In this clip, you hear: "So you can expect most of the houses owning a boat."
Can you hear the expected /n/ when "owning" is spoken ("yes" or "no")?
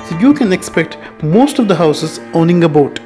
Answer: yes